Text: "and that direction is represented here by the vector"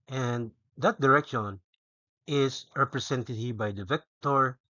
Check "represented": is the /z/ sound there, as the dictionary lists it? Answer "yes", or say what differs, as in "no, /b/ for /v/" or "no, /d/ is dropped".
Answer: no, /s/ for /z/